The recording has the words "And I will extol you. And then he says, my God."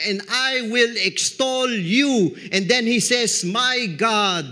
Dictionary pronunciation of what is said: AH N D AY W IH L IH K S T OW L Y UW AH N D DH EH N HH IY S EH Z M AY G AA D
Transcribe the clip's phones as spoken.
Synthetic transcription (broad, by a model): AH N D AY W IH L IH K S T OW L Y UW AH N D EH N HH IY S EH S M AY G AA D